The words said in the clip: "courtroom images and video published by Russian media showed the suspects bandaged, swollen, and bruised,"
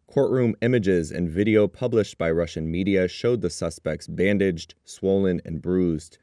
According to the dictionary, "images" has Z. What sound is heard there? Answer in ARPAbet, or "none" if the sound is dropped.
Z